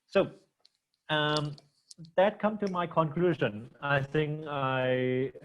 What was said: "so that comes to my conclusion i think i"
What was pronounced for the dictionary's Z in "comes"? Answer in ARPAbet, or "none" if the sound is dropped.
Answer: none